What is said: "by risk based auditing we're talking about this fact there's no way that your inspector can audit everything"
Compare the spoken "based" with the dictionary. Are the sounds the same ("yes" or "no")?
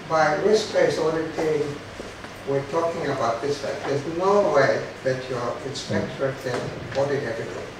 no